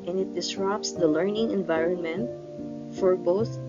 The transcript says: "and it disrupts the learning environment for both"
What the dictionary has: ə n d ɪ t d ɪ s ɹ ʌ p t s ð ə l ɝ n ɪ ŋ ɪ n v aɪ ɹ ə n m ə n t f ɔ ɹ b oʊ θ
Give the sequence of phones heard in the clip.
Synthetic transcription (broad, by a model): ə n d ɪ t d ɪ s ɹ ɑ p s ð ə l ɝ n ɪ ŋ ɪ n v aɪ ɹ ə n m ə n t f ɔ ɹ b oʊ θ